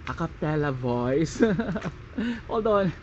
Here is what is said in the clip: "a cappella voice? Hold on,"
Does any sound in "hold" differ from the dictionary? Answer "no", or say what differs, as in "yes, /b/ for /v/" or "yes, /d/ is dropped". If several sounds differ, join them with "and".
yes, /l/ is dropped